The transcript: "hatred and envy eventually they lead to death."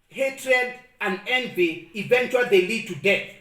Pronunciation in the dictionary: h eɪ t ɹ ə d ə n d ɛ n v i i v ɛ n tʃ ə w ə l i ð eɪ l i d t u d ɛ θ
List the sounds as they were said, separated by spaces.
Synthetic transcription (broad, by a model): h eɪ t ɹ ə d ə n d ɛ n v i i v ɛ n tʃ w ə l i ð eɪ l i d t u d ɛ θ